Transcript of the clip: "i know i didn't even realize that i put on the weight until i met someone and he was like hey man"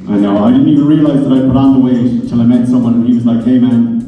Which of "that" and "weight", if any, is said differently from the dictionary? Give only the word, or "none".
weight